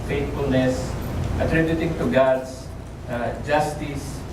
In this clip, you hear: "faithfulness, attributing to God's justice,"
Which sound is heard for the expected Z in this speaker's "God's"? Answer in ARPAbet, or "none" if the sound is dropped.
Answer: S